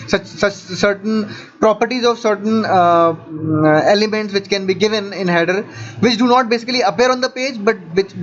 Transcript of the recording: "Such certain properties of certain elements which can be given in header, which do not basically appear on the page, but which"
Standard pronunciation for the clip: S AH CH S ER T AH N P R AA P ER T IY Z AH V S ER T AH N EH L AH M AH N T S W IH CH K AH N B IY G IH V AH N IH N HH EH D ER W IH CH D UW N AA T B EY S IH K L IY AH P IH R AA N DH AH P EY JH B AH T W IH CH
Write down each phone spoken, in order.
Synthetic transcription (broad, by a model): S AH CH S ER T AH N P R AA P ER T IY Z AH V S ER T AH N EH L AH M AH N T S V IH CH K AH N B IY G IH V AH N IH N HH EH D ER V IH CH D UW N AA T B EY S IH K L IY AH P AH R AA N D AH P EY JH B AH T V IH CH